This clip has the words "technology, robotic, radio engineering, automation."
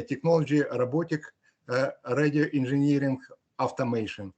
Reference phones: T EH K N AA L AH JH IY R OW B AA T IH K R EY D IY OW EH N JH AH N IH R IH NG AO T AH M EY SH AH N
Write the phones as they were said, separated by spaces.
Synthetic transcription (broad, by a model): T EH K N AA L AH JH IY R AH B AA T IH K R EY D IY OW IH N ZH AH N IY R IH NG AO T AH M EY SH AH N